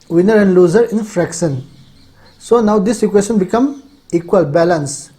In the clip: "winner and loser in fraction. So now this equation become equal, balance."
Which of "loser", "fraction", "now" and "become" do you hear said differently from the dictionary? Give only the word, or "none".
fraction